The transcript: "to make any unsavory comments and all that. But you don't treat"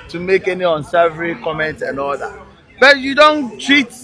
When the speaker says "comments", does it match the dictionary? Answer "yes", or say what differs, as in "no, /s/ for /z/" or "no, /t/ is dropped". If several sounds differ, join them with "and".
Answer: no, /s/ is dropped